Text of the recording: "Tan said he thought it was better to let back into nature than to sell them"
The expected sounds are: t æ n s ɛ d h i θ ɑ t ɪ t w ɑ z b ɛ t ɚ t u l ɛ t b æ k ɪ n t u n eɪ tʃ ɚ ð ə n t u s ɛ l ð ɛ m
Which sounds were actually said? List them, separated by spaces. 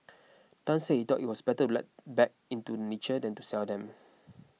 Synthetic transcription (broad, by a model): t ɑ n s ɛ h i t ɑ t ɪ t w ɑ s b ɛ t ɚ t u l ɛ t b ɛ k ɪ n t u n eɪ tʃ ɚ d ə n t u s ɛ l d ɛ m